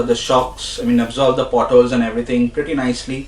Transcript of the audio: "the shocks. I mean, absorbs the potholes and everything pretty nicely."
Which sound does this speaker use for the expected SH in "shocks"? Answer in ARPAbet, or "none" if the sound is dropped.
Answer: SH